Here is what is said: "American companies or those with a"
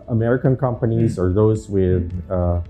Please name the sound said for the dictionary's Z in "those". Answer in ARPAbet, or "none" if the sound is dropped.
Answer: Z